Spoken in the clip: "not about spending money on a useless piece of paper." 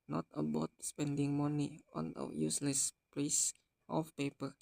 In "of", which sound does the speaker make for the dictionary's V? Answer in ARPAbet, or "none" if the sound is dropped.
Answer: F